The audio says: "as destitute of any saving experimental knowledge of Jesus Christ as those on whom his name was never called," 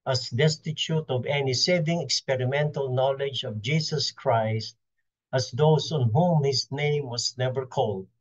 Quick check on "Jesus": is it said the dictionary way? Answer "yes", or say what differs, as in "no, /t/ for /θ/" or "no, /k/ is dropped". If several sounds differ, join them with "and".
no, /s/ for /z/